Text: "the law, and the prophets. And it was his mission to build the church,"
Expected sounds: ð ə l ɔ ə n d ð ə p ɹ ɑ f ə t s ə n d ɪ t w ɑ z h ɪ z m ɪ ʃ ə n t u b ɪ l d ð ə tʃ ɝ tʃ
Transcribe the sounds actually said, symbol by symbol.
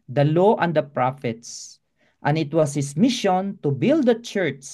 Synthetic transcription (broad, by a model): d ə l ɔ ə n d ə p ɹ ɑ f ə t s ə n ɪ t w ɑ s h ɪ s m ɪ ʃ ə n t u b ɪ l d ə tʃ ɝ tʃ